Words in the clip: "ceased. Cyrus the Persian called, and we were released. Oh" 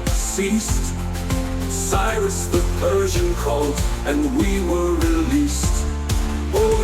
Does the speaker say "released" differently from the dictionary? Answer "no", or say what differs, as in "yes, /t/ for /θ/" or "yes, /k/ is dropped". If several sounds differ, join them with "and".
no